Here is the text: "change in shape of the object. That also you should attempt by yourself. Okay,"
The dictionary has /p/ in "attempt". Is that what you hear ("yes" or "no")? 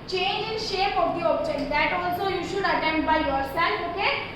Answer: no